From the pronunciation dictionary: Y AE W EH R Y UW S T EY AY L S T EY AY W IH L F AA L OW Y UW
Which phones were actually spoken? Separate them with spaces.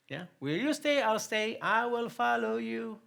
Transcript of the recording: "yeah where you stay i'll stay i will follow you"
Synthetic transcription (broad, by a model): Y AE W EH L Y UW S T EY AY L S T EY AY W IH L F AA L OW Y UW